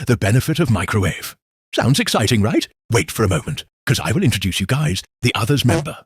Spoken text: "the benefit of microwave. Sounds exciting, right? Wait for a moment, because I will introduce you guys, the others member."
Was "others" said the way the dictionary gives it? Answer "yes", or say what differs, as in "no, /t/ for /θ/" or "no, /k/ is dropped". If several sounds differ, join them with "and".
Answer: yes